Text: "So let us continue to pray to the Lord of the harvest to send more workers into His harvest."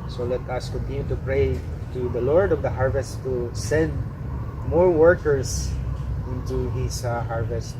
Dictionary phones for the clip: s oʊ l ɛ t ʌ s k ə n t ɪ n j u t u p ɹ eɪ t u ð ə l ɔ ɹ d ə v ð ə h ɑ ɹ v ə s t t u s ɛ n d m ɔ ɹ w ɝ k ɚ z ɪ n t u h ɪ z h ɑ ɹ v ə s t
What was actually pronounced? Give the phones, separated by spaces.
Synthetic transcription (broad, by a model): s oʊ l ɛ t ʌ s k ə n t ɪ n j u t u p ɹ eɪ t u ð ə l ɔ ɹ d ə v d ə h ɑ ɹ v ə s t t u s ɛ n d m ɔ ɹ w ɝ k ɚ s ɪ n t u h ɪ s h ɑ ɹ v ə s t